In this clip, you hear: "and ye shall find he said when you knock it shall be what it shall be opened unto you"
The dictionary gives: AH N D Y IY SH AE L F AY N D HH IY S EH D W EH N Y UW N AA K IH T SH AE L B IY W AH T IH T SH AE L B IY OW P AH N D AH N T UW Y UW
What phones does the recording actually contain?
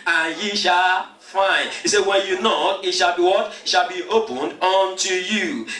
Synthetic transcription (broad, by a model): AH N Y IY SH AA L F AY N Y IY S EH W EH N Y UW N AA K IH T SH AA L B IY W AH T IH T SH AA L B IY OW P AH N D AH N T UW Y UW